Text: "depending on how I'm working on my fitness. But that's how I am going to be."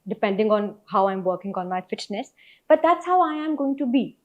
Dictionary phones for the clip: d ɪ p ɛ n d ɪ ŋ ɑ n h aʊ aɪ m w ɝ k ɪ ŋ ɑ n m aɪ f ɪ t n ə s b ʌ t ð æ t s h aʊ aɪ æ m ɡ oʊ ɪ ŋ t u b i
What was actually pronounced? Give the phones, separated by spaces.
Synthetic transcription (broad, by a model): d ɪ p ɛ n d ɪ ŋ ɑ n h aʊ aɪ m w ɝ k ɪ ŋ ɑ n m aɪ f ɪ t n ə s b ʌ t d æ t s h aʊ aɪ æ m ɡ oʊ ɪ ŋ t u b i